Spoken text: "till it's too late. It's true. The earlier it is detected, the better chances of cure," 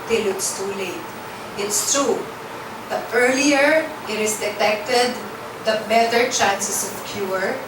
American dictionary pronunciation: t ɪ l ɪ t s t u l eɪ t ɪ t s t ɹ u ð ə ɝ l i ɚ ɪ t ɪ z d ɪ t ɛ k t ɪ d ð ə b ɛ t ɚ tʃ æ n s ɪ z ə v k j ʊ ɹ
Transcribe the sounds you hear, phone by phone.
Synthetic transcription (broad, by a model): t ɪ l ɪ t s t u l eɪ t ɪ t s t ɹ u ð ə ɝ l i ɚ ɪ t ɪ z d ɪ t ɛ k t ɪ d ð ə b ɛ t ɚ tʃ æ n s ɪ s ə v k j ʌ ɹ